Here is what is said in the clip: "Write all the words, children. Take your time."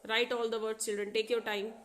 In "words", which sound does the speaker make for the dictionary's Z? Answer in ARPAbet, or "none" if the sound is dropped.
none